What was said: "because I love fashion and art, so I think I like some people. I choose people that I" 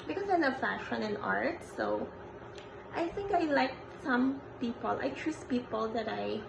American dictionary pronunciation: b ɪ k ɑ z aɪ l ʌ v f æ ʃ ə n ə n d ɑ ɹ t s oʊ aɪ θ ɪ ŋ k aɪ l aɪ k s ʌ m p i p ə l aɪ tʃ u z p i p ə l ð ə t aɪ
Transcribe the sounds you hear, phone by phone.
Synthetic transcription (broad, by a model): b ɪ k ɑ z aɪ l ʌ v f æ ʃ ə n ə n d ɑ ɹ t s oʊ aɪ θ ɪ ŋ k aɪ l aɪ k s ʌ m p i p ə l aɪ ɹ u s p i p ə l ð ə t aɪ